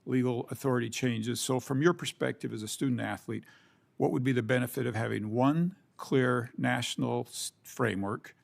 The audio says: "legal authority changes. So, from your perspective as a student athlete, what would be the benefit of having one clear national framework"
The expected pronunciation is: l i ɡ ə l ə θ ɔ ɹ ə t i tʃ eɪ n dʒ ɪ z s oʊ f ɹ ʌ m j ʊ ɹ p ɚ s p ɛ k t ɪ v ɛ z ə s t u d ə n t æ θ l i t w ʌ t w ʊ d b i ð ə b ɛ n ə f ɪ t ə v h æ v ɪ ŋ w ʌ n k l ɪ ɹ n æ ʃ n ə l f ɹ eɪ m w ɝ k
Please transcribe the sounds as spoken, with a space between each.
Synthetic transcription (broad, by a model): l i ɡ l ə θ ɔ ɹ ə t i tʃ eɪ n dʒ ɪ z s oʊ f ɹ ʌ m j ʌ ɹ p ɚ s p ɛ k t ɪ v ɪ z ə s t u d n t æ θ l i t w ʌ t w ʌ d b i ð ə b ɛ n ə f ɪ t ə v h æ v ɪ ŋ w ʌ n k l ɪ ɹ n æ ʃ n l f ɹ eɪ m w ɝ k